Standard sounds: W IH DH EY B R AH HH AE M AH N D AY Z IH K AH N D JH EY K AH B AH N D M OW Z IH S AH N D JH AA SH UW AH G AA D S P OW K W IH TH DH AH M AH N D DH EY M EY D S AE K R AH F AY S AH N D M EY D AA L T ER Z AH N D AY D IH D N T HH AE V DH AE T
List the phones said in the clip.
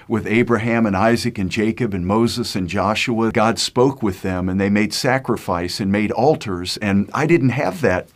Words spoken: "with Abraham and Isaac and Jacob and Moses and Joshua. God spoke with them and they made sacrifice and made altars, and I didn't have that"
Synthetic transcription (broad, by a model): W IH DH EY B R AH HH AE M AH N AY Z IH K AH N JH EY K AH B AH N M OW Z IH S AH N JH AA SH UW AH G AA D S P OW K W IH DH AH M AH N DH EY M EY D S AE K R AH F AY S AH N M EY D AA L T ER Z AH N AY D IH D N T HH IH V DH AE T